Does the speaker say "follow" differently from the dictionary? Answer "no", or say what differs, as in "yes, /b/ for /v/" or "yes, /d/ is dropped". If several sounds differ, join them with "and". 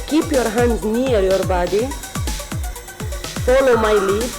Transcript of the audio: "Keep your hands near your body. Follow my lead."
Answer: yes, /p/ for /f/